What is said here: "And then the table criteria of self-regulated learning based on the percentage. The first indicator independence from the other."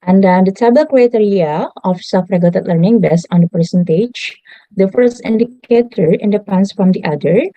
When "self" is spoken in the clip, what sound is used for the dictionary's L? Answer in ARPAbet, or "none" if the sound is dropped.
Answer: none